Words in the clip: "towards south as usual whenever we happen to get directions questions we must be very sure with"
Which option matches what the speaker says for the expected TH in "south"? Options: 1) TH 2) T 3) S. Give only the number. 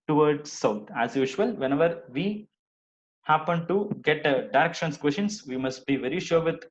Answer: 2